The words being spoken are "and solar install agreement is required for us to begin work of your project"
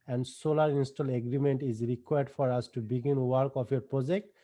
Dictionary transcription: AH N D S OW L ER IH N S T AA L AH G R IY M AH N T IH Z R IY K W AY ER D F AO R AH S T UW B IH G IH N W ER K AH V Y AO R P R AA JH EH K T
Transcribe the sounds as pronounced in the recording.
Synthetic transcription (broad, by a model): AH N D S OW L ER IH N S T AA L AH G R IY M AH N T IH Z R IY K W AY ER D F AO R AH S T UW B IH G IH N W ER K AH P Y AO R P R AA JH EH K T